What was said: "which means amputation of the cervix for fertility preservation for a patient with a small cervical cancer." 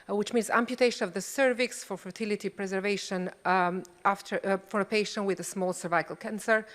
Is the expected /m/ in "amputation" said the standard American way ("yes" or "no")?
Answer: yes